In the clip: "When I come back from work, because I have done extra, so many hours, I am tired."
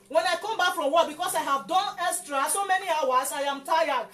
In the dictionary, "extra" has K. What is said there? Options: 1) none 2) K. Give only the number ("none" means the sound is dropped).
1